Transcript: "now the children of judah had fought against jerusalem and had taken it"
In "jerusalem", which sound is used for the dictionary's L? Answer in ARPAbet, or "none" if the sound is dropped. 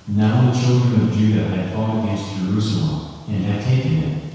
L